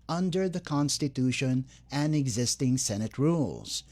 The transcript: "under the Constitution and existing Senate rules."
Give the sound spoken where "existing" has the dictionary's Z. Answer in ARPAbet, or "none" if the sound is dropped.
Z